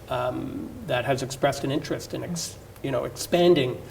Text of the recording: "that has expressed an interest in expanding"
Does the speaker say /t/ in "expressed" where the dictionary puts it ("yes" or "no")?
yes